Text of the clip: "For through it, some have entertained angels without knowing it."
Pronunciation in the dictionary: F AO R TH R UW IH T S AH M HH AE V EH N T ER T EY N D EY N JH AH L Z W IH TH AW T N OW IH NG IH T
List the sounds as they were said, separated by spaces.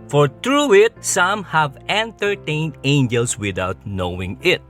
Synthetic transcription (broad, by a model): F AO R T R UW IH T S AH M HH AE V EH N T ER T EY N D EY N JH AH L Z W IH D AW T N OW IH NG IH T